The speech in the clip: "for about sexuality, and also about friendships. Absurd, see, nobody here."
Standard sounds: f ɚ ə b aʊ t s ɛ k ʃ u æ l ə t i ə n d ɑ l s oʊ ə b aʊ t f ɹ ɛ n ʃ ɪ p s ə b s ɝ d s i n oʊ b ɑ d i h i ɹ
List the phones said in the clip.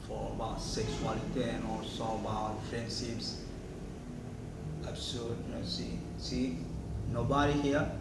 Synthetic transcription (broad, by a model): f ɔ ə b aʊ t s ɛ k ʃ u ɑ l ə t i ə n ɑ s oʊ ə b aʊ t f ɹ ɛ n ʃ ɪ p s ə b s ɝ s s i n oʊ b ɑ d i h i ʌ